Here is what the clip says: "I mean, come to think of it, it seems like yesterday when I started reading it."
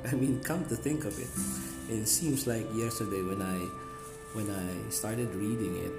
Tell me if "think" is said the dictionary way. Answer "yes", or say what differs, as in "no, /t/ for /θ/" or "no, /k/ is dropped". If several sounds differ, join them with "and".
yes